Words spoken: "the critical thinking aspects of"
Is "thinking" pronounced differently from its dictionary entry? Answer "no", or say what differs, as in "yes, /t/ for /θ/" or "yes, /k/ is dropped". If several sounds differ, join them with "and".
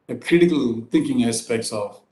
yes, /t/ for /θ/